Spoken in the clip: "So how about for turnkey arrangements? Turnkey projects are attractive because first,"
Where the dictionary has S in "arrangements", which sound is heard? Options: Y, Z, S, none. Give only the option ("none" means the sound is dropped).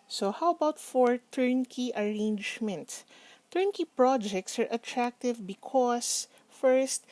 none